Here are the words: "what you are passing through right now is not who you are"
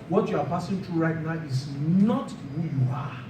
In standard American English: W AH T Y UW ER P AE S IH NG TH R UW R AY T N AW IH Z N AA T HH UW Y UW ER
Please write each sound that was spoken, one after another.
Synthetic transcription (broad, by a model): W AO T Y UW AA P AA S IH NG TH R UW R AY T N AW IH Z N AA T HH UW Y UW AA